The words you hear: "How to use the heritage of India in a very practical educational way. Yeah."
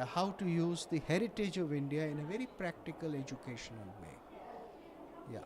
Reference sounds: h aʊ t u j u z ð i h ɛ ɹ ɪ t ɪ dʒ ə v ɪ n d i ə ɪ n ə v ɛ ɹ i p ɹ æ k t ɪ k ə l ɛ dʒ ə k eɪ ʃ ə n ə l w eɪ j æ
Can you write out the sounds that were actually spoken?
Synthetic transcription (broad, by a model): h aʊ t u j u z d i h ɛ ɹ ɪ t ɪ dʒ ə v ɪ n d i ə ɪ n ə v ɛ ɹ i p ɹ æ k t ɪ k ə l ɛ dʒ ə k eɪ ʃ ə n ə l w eɪ j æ